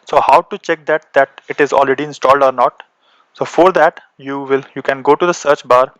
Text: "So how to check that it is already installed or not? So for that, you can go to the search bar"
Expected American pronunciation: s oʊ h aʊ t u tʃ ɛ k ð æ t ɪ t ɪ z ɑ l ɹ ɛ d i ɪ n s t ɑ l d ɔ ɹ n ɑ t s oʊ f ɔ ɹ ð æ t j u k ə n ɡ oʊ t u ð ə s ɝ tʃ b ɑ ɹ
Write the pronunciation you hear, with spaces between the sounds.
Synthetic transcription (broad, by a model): s oʊ h aʊ t u tʃ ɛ k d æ t ɪ t ɪ z ɑ l ɹ ɛ d i ɪ n s t ɑ l d ɔ ɹ n ɑ t s oʊ f ɔ ɹ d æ t j u k ə n ɡ oʊ t u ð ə s ɝ tʃ b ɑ ɹ